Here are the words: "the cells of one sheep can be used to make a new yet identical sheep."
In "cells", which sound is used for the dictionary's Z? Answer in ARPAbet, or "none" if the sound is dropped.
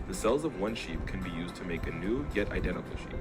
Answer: Z